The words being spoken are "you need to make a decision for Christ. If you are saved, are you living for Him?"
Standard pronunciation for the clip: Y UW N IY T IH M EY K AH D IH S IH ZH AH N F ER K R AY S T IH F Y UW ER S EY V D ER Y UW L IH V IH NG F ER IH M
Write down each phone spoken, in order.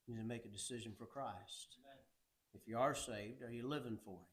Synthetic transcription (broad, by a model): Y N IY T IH M EY K AH D IH S IH ZH AH N F ER K R AY S T IH F Y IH ER S EY V D ER Y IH L IH V IH NG F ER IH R